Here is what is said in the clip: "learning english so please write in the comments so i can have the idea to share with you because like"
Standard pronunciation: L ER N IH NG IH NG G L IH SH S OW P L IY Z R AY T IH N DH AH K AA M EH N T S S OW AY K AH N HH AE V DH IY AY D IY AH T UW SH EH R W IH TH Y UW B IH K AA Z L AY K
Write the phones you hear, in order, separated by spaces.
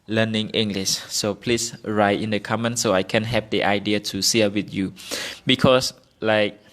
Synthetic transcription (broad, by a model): L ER N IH NG IH NG G L IH SH S OW P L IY S R AY T IH N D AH K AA M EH N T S S OW AY K AH N HH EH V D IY AY D IY AH T UW S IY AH W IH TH Y UW B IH K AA S L AY K